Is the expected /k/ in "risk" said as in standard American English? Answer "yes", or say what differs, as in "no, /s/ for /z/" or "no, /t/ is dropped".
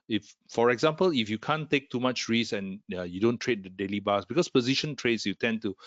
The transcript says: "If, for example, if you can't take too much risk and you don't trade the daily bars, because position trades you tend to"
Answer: no, /k/ is dropped